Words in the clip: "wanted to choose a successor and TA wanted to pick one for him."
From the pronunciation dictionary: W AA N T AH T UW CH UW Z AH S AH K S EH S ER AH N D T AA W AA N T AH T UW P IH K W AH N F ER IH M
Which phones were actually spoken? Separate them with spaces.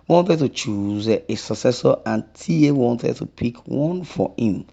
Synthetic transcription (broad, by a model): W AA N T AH T UW CH UW Z AH S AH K S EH S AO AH N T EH W AA N T AH T UW P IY K W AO N F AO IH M